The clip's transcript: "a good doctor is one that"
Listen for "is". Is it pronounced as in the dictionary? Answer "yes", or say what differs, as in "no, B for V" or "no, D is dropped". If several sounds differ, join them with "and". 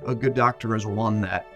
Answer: yes